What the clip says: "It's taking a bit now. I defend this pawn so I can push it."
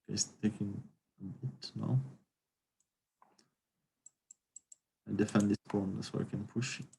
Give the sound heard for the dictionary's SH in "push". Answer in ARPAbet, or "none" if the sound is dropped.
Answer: SH